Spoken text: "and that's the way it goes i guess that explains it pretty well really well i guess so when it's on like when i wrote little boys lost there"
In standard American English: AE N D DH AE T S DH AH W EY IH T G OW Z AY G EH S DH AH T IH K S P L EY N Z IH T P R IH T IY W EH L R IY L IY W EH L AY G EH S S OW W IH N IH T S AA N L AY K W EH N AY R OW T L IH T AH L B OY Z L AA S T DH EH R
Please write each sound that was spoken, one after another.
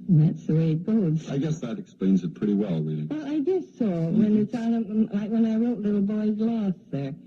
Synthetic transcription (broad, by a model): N DH AE T S DH AH W EY IH T G OW Z AY G EH S DH AH T IH K S P L EY N Z IH T P R IH T IY W EH L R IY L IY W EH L AY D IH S S OW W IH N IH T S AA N L AY K W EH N AY R OW T L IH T L B OY Z L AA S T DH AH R